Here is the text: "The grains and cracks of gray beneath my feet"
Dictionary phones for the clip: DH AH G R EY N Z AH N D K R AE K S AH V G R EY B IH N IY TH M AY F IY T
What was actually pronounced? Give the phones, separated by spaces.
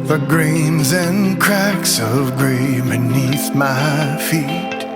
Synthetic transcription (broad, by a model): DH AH G R EY N Z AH N K R AE K S AH V G R EY B IH N IY TH M AY F IY T